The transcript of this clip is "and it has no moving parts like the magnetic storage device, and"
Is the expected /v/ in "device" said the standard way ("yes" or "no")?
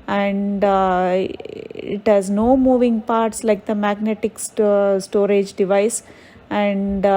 yes